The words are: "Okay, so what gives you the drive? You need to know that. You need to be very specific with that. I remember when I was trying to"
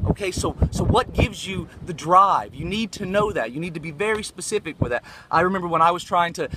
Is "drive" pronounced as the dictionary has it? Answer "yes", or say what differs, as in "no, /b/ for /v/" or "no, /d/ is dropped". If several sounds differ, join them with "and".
yes